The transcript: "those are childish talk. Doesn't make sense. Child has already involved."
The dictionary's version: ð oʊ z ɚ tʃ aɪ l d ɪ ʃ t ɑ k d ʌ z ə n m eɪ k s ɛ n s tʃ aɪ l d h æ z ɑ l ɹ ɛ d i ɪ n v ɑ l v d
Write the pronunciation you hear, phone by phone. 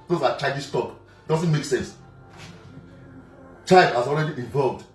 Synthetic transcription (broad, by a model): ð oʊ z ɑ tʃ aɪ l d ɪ s t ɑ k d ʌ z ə n m eɪ k s ɛ n s tʃ aɪ l d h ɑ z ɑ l ɹ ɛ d i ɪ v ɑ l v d